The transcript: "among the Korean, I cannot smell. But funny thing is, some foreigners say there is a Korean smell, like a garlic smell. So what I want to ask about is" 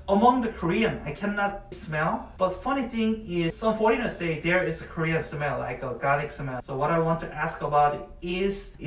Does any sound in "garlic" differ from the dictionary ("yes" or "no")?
yes